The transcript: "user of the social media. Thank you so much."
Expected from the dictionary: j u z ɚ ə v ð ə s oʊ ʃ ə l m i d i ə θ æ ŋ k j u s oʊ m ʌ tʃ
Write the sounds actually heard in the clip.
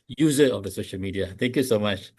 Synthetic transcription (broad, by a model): j u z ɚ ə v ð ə s oʊ ʃ ə l m i d i ə t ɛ ŋ k j u s oʊ m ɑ tʃ